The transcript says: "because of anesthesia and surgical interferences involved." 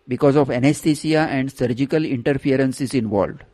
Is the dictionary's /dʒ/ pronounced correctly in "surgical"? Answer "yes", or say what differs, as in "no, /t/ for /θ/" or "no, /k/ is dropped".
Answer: yes